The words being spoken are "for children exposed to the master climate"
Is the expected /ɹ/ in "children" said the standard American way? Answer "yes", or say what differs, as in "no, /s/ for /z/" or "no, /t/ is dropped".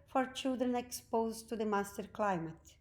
yes